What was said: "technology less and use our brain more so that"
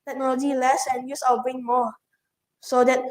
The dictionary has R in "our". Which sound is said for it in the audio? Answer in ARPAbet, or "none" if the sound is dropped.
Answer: L